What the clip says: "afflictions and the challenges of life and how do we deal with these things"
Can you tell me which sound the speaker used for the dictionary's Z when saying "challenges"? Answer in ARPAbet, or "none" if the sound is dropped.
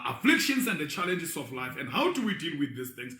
S